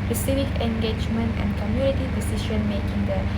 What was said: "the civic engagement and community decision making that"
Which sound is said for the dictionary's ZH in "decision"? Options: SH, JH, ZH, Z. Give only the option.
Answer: SH